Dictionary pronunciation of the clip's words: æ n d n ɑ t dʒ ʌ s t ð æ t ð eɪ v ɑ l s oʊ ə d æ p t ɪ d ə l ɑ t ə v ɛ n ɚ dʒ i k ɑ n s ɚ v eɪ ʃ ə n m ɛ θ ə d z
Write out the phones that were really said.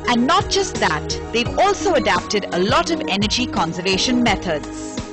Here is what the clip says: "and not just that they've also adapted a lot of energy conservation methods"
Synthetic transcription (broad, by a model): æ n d n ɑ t dʒ ʌ s t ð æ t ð eɪ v ɑ l s oʊ ə d æ p t ɪ d ə l ɑ t ə v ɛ n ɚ dʒ i k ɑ n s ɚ v eɪ ʃ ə n m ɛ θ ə d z